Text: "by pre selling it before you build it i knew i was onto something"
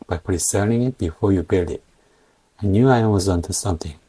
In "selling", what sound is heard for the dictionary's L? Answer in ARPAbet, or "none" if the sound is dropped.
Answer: N